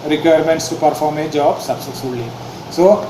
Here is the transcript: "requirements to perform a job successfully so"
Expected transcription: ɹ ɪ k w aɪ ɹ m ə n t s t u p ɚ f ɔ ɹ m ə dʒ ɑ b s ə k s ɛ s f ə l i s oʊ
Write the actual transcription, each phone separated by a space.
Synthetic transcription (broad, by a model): ɹ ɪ k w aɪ ɹ m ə n t s t u p ɚ f ɔ ɹ m ə dʒ ɑ b s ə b s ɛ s ə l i s oʊ